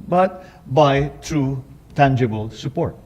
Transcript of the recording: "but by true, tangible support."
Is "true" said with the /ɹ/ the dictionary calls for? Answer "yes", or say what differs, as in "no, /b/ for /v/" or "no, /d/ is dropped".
yes